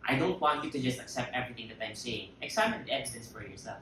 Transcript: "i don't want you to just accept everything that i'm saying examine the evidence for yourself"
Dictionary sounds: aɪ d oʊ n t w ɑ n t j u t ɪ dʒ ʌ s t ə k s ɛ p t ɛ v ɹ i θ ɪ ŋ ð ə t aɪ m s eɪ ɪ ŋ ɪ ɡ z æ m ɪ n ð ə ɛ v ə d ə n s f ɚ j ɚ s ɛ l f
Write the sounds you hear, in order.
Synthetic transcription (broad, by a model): aɪ d oʊ n t w ɑ n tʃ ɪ t ɪ dʒ ʌ s t ə k s ɛ p t ɛ v ɹ i θ ɪ ŋ ð ə t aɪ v s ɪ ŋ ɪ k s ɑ ɪ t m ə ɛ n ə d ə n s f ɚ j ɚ s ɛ l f